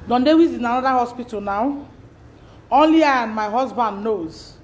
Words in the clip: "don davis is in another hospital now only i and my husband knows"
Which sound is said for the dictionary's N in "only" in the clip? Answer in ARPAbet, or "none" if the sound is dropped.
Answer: N